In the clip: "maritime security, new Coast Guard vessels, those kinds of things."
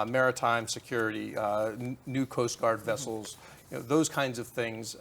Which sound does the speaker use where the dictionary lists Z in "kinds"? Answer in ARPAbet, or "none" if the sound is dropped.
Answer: Z